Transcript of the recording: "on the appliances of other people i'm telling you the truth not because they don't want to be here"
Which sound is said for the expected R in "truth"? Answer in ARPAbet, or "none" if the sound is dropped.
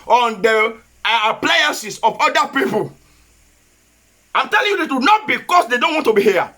none